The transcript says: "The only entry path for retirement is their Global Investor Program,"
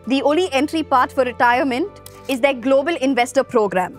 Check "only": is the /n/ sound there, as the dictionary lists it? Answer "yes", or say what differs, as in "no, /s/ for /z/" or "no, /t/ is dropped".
no, /n/ is dropped